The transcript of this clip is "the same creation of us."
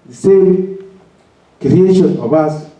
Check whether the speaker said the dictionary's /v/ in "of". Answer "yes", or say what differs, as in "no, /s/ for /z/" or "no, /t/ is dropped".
no, /b/ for /v/